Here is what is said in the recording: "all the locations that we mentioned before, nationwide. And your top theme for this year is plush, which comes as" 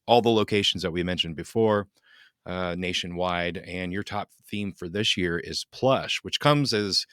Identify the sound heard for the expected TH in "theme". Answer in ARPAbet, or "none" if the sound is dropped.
TH